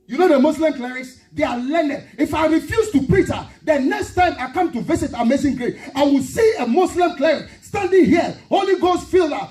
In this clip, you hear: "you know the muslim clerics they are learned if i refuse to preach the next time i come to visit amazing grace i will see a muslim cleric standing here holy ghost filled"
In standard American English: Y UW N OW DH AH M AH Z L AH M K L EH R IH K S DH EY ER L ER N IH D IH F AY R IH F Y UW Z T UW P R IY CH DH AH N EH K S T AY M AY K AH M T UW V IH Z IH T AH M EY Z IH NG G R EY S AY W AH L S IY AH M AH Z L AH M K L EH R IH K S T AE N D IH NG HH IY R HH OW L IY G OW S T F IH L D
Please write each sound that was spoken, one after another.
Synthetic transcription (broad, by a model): Y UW N OW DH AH M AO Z L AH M K L EH R IH K S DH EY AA L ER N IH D IH F AY R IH F Y UW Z T UW P R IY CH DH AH N EH K S T AY M AY K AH M T UW V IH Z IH T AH M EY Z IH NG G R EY AY W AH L S IY AH M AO S L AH M K L EH R IH K S T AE N D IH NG HH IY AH HH OW L IY G OW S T F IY L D